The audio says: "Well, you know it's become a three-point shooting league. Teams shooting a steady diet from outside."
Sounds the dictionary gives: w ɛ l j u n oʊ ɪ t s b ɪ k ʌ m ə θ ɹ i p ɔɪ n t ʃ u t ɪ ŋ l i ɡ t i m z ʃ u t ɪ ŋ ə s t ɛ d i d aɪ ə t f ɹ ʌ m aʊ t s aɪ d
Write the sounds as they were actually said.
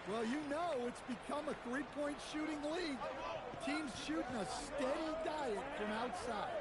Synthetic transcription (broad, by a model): w ɛ l j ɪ n oʊ ɪ t s b ɪ k ʌ m ə θ ɹ i p ɔɪ n t ʃ u t ɪ ŋ l i ɡ t i m z ʃ u t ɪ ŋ ə s t ɛ d i d aɪ ə t f ɹ ʌ m aʊ t s aɪ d